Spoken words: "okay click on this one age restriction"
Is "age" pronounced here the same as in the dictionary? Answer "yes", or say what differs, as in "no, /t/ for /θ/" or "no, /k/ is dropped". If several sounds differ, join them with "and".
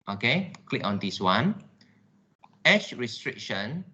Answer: no, /ʃ/ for /dʒ/